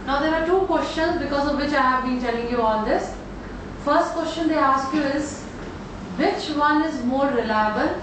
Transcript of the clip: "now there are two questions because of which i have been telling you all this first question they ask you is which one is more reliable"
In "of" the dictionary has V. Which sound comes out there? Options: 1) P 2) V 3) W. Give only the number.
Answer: 2